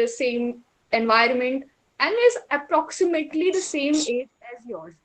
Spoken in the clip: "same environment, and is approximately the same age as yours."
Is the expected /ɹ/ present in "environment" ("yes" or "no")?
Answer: yes